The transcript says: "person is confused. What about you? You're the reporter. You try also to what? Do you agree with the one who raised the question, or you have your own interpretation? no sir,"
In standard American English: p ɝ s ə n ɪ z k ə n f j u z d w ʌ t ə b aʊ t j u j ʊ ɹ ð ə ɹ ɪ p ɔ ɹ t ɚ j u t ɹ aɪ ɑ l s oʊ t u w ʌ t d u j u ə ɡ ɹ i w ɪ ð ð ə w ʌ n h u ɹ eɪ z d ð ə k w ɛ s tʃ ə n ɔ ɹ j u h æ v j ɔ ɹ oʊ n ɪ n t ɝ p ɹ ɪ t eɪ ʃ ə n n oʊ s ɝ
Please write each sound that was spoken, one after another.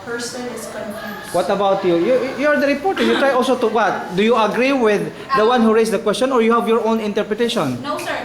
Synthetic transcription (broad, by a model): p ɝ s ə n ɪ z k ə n w ʌ t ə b aʊ t j u j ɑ ɹ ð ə ɹ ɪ p ɔ ɹ t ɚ j u t ɹ aɪ ɑ l s oʊ t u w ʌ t d u j u ə ɡ ɹ i w ɪ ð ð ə w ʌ n h u ɹ eɪ s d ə k w ɛ s tʃ ə n ɔ ɹ j u h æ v j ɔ ɹ oʊ n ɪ n t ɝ p ɹ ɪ t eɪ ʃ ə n n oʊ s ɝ